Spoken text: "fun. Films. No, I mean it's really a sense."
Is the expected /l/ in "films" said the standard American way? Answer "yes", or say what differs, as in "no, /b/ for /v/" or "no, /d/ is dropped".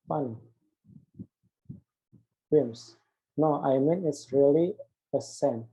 no, /l/ is dropped